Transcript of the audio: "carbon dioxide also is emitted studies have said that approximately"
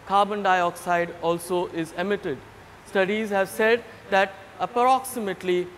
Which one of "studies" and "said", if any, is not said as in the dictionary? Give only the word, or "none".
none